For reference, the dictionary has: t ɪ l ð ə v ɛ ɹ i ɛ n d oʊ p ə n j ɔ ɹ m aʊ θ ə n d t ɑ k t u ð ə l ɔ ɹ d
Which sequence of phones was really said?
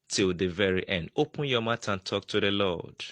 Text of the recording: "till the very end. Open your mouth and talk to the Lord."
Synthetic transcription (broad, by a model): t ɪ l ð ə v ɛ ɹ i ɛ n d oʊ p ə n j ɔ m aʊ t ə n t ɑ k t u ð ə l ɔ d